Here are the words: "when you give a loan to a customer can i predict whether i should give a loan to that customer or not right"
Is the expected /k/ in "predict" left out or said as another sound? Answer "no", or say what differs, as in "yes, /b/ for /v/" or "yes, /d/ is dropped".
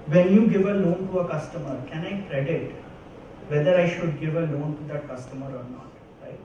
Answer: yes, /k/ is dropped